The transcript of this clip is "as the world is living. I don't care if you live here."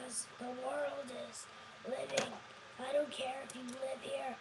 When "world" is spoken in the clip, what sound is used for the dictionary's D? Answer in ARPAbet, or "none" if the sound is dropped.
D